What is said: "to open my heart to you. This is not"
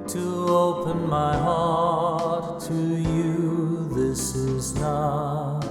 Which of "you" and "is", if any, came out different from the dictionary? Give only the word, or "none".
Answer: none